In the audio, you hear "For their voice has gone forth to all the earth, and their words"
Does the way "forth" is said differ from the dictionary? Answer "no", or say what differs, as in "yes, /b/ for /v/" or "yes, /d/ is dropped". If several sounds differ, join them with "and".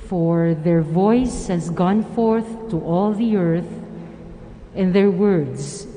no